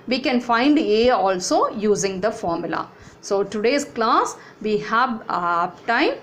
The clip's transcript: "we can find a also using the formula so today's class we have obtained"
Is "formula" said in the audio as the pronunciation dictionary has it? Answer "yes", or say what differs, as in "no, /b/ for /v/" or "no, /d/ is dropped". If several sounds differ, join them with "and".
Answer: yes